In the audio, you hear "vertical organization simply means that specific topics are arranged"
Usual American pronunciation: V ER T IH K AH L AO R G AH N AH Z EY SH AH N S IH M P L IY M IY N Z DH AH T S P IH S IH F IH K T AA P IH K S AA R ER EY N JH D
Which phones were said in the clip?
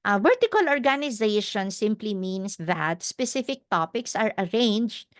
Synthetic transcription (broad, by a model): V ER T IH K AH L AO R G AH N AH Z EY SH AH N S IH M P L IY M IY N S DH AH T S P IH S IH F IH K T AA P IH K S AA R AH EY N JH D